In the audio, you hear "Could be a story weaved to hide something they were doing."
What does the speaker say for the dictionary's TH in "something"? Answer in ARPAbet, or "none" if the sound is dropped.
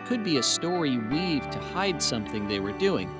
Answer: TH